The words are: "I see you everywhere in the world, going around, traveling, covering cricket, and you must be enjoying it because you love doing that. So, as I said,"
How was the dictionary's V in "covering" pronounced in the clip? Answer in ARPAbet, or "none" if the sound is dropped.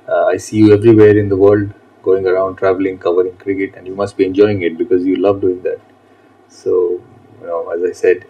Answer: V